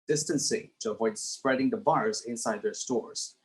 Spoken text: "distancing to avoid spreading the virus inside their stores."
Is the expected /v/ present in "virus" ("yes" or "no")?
no